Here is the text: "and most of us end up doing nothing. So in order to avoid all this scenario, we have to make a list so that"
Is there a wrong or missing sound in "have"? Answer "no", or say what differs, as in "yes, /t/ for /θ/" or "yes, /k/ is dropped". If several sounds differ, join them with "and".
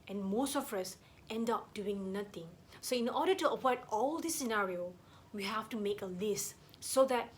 yes, /f/ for /v/